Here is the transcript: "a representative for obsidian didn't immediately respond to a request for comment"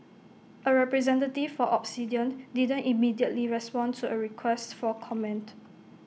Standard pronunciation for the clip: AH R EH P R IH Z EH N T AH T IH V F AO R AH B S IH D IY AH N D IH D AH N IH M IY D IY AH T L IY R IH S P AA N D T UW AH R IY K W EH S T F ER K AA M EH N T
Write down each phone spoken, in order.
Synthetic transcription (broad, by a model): AH R EH P R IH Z EH N T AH T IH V F AO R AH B S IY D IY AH N D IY D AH N IH M IY D IY AH T L IY R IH S P AA N T UW AH R IY K W EH S T F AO K AA M EH N T